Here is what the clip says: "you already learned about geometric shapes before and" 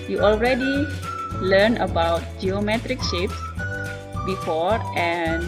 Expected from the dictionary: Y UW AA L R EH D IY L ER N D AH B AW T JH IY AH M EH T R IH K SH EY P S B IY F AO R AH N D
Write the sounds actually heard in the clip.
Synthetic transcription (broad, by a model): Y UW AA L R EH D IY L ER N AH B AW T JH IY AH M EH T R IH K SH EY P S B IY F AO R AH N